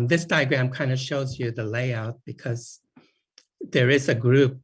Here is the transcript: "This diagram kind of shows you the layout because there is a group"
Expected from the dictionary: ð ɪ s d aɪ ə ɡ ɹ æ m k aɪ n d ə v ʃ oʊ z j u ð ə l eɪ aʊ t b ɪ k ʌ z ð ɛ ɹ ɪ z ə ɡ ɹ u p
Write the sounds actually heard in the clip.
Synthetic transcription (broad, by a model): ð ɪ s d aɪ ə ɡ ɹ æ m k aɪ n d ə ʃ oʊ z j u ð ə l eɪ aʊ t b ɪ k ʌ z ð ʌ ɹ ɪ z ə ɡ ɹ u p